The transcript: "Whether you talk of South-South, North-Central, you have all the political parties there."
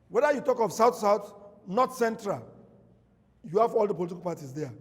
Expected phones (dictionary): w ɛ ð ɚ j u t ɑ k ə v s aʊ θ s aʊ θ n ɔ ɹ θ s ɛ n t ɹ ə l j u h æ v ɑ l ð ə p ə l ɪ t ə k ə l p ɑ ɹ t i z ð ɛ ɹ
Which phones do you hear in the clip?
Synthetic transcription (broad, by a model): w ɛ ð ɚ j u t ɑ k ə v s aʊ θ s aʊ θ n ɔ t s ɛ n t ɹ ə l j u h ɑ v ɑ l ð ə p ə l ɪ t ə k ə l p ɑ t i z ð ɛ